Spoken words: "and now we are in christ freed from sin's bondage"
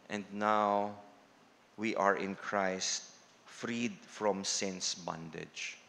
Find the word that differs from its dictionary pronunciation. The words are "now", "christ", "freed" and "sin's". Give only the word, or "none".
sin's